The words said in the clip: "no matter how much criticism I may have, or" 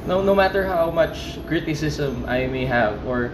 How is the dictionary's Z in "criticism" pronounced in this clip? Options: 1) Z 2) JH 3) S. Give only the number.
3